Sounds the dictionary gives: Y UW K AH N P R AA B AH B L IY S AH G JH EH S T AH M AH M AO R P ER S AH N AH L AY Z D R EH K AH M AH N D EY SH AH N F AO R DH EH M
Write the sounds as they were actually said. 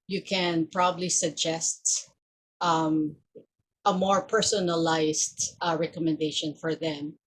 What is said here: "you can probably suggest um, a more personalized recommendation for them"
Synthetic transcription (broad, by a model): Y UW K AH N P R AA B AH B L IY S AH G JH EH S T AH M AH M AO R P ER S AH N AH L AY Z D R EH K AH M AH N D EY SH AH N F AO R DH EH M